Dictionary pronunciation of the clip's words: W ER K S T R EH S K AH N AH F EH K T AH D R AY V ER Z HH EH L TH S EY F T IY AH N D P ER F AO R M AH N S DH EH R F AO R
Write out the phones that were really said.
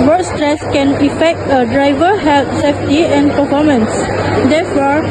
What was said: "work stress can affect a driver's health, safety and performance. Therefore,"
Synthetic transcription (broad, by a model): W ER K S T R EH S K AH N AH F EH K T AH D R AY V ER HH EH L T S EY F T IY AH N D P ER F AO M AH N S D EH F AO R